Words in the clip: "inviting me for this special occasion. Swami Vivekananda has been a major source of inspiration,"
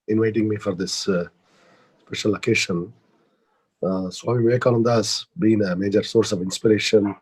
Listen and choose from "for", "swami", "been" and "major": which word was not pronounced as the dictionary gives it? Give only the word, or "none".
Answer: swami